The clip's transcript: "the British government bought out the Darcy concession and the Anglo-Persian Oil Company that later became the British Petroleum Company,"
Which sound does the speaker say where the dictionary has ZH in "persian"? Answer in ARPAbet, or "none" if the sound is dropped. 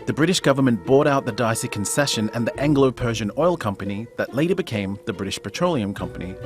ZH